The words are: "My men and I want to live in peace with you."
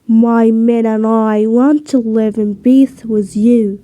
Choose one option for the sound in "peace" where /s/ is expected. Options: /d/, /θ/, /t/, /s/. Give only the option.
/θ/